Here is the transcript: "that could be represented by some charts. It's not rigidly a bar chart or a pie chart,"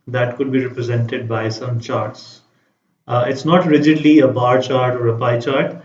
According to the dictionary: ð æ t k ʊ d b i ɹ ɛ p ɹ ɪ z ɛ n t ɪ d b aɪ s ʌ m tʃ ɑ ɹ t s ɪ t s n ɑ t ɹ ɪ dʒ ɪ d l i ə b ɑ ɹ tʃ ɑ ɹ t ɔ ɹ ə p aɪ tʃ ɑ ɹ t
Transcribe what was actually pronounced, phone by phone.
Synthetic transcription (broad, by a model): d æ t k ʊ d b i ɹ ɛ p ɹ ɪ z ɛ n t ɪ d b aɪ s ʌ m tʃ ɑ ɹ t s ɪ t s n ɑ t ɹ ɪ dʒ ɪ d l i ə b ɑ ɹ tʃ ɑ ɹ t ɔ ɹ ə p aɪ tʃ ɑ ɹ t